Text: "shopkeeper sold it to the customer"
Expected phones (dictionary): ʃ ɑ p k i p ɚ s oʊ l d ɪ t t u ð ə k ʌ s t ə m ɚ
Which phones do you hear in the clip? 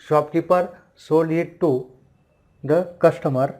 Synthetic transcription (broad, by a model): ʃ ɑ p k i p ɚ s oʊ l ɪ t t u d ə k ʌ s t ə m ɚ